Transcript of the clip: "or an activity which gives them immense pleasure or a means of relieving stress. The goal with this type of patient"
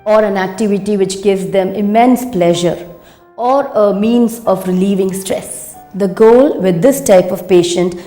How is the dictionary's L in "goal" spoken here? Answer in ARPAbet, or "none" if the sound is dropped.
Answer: L